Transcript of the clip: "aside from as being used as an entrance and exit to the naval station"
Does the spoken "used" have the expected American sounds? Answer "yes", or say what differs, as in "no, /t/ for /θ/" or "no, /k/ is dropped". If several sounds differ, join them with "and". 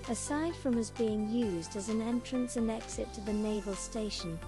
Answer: yes